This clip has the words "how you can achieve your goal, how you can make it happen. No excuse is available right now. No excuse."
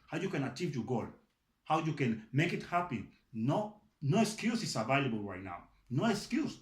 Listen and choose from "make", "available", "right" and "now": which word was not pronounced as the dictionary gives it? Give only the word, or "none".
none